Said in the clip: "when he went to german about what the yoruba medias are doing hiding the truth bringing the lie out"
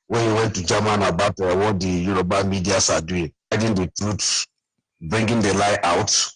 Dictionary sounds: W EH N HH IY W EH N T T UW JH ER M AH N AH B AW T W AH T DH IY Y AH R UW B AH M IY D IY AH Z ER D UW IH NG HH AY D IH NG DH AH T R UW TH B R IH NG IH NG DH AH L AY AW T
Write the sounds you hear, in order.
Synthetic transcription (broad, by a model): W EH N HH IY W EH N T T UW JH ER M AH N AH B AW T W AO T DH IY Y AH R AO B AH M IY D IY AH S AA D UW IH NG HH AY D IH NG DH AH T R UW S B R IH NG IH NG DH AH L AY AW T